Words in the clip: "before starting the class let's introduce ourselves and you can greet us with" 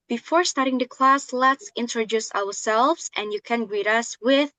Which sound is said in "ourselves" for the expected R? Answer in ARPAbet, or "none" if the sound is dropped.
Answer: W